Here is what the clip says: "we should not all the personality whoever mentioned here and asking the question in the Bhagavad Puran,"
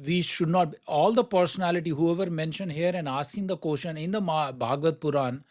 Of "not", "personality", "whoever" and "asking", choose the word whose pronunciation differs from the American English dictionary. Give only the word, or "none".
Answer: asking